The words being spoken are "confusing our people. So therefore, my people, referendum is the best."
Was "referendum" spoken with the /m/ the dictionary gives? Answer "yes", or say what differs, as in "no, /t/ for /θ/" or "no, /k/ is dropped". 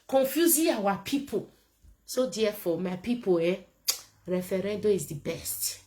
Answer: no, /m/ is dropped